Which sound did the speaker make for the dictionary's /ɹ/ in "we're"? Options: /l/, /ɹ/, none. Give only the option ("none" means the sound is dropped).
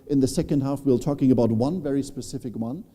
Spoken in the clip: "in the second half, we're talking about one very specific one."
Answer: /l/